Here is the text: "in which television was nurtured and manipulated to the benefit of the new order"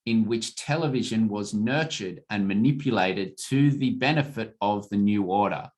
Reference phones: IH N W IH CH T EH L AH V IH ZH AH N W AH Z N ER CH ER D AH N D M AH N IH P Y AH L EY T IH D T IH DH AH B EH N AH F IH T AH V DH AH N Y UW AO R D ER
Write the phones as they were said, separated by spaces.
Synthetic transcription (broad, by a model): IH N W IH CH T EH L AH V IH ZH AH N W AH Z N ER CH ER D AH N M AH N IH P Y AH L EY T IH D T IH DH AH B EH N AH F IH T AH V DH AH N Y UW AO R D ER